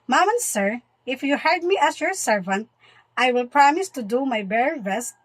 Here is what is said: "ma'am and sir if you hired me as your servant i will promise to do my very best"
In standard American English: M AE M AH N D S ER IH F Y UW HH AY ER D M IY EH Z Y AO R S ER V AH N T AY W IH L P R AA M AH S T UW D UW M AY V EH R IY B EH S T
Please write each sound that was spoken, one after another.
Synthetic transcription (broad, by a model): M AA M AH N S ER IH F Y UW HH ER D M IY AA S Y AO R S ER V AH N T AY W IH L P R AA M AH S T UW D UW M AY B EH R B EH S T